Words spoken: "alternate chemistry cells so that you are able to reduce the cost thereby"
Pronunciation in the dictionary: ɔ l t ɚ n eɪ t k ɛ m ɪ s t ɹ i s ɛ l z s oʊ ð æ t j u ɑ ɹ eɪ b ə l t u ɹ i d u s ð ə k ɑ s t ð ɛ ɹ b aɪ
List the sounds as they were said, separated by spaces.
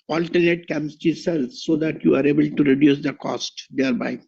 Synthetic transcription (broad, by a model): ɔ l t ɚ n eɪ t k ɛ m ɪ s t i s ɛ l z s oʊ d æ t j u ɑ ɹ eɪ b ə l t u ɹ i d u s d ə k ɑ s t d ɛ ɹ b aɪ